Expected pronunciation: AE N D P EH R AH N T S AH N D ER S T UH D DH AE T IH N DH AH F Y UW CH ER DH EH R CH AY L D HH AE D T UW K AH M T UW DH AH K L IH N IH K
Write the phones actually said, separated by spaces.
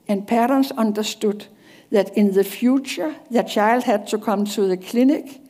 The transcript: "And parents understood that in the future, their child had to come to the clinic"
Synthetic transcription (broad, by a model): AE N P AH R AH N S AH N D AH S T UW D DH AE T IH N DH AH F Y UW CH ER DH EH CH AY L D HH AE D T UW K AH M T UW DH AH K L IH N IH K